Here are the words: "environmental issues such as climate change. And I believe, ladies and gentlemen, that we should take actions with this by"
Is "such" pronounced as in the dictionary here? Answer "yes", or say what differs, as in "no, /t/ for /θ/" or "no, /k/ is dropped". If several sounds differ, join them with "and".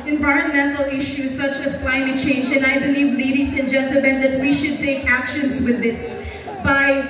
yes